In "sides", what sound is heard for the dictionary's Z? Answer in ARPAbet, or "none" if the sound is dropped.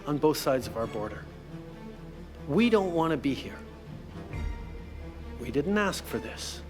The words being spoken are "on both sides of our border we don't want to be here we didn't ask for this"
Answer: Z